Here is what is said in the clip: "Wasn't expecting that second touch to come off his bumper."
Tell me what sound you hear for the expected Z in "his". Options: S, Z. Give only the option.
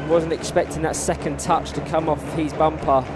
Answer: Z